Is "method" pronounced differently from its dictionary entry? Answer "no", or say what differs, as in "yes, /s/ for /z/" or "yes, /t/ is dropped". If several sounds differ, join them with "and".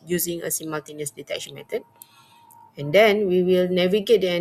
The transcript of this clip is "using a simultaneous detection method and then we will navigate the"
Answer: yes, /t/ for /θ/